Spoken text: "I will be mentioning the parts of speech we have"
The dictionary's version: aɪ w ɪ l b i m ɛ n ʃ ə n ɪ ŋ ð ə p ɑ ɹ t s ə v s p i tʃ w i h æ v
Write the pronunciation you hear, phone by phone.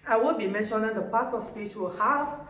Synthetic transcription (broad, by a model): aɪ w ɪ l b i m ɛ n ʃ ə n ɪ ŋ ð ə p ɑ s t ə s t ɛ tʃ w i h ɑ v